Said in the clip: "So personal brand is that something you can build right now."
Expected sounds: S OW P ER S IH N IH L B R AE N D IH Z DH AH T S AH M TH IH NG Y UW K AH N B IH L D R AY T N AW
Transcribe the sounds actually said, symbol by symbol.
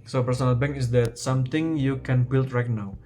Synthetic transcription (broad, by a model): S OW P ER S IH N IH L B EH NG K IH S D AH T S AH M T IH NG Y UW K AH N B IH L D R AY T N AW